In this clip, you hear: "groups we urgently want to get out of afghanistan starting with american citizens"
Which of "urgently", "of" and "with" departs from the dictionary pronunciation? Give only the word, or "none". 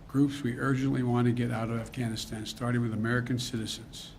none